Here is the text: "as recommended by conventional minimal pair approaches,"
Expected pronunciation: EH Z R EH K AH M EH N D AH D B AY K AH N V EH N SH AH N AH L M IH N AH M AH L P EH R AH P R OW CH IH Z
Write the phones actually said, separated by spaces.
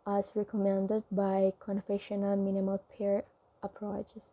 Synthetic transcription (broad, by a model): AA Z R EH K AH M EH N D AH D B AY K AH N F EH SH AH N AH L M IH N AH M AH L P EH R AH P R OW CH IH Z